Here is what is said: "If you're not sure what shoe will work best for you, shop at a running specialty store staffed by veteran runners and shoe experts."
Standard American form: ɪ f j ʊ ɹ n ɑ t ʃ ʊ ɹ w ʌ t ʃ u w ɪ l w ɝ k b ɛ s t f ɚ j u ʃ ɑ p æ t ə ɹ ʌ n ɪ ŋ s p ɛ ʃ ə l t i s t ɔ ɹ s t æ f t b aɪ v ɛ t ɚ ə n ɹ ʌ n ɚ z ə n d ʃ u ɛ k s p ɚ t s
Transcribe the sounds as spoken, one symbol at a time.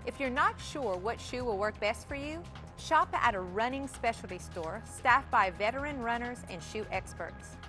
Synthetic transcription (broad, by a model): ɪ f j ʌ ɹ n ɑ t ʃ ʊ ɹ w ʌ t ʃ u w ɪ l w ɝ k b ɛ s t f ɚ j u ʃ ɑ p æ t ə ɹ ʌ n ɪ ŋ s p ɛ ʃ l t i s t ɔ ɹ s t æ f b aɪ v ɛ t ɚ ə n ɹ ʌ n ɚ z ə n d ʃ u ɛ k s p ɚ t s